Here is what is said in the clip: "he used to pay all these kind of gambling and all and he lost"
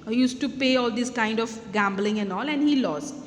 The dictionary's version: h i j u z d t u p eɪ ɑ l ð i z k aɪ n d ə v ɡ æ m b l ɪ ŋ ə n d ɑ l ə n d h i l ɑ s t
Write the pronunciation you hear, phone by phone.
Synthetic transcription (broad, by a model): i j u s t u p eɪ ɑ l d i s k aɪ n d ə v ɡ æ m b l ɪ ŋ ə n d ɑ l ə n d h i l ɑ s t